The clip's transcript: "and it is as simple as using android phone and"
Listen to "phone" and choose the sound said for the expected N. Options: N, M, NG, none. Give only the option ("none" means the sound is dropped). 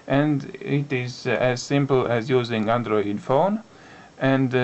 N